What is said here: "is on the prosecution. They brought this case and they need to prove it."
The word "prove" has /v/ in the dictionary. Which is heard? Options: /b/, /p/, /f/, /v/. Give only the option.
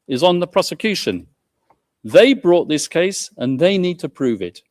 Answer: /v/